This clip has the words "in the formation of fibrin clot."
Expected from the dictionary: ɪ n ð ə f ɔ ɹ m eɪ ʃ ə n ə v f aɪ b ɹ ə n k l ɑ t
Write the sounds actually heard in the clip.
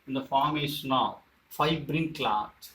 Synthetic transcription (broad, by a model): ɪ n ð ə f ɔ ɹ m eɪ ʃ ə n ə v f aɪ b ɹ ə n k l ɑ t